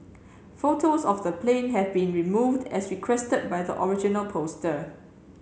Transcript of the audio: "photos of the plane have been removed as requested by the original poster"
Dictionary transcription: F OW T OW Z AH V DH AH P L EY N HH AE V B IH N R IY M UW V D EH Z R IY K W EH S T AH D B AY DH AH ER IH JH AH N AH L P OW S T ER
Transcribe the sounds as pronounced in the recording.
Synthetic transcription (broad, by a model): F OW T OW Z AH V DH AH P L EY N HH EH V B IH N R IY M UW V D EH S R IY K W EH S T AH D B AY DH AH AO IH JH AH N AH L P OW S T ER